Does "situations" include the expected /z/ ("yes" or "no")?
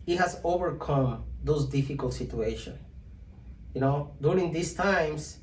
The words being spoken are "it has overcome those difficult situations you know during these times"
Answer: no